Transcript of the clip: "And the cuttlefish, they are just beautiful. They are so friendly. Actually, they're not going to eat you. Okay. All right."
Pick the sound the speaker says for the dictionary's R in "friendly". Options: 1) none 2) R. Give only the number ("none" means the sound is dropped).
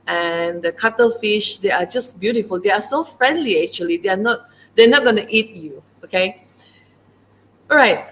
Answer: 2